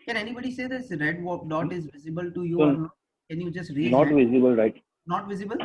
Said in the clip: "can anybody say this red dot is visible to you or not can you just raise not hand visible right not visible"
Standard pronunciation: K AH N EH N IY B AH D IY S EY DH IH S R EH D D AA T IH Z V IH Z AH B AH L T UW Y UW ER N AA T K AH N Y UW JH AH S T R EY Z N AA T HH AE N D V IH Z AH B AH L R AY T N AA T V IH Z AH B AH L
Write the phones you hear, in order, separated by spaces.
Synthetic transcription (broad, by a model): K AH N EH N IY B AH D IY S EY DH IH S R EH D D AA T IH Z V IH Z AH B AH L T UW Y UW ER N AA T K AH N Y UW JH AH S T R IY N AA T V IH Z AH B AH L R AY T N AA T V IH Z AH B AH L